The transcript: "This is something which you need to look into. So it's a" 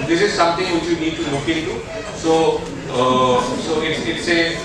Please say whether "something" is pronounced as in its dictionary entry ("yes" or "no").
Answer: no